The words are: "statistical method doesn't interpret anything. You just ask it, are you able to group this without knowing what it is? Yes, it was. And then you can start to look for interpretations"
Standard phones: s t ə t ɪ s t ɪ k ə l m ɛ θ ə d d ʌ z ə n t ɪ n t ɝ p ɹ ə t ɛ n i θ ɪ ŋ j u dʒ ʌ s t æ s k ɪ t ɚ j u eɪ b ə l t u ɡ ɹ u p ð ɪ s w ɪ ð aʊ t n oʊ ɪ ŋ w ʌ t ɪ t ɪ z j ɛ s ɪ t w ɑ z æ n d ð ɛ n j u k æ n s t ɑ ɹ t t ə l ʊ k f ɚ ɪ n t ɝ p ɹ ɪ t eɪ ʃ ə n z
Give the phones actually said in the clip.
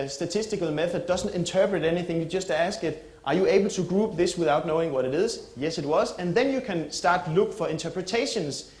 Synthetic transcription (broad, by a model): s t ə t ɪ s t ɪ k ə l m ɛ θ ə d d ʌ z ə n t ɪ n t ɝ p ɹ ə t ɛ n i θ ɪ ŋ j u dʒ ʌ s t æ s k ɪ t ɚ j u eɪ b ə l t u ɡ ɹ u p ð ɪ s w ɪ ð aʊ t n oʊ ɪ ŋ w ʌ t ɪ t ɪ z j ɛ s ɪ t w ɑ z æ n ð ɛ n j u k æ n s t ɑ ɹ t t l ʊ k f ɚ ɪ n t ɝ p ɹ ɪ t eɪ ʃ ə n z